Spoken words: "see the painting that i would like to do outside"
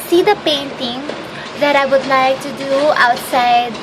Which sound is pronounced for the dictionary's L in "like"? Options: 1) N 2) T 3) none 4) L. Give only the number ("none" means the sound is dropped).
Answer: 4